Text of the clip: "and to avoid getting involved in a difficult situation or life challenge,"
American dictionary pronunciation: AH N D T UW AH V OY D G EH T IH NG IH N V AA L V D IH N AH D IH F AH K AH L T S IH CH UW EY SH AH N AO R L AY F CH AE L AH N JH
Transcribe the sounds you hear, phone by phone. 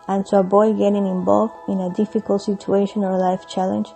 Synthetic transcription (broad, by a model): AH N T UW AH B OY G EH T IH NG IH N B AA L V IH N AH D IH F AH K AH L T S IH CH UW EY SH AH N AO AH L AY F CH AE L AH N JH